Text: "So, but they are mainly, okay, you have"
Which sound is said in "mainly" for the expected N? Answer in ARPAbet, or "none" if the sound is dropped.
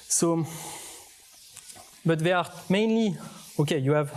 N